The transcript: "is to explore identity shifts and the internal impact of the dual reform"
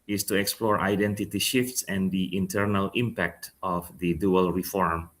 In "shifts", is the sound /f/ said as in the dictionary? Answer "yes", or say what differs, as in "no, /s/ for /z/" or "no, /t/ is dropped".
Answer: yes